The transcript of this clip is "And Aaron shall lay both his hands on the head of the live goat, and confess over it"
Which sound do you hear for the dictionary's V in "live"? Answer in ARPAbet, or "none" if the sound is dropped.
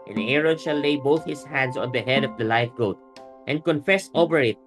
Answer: F